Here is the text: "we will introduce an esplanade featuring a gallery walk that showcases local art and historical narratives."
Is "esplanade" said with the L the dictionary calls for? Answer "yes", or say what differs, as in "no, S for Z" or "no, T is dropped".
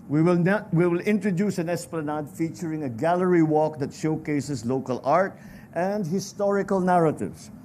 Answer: yes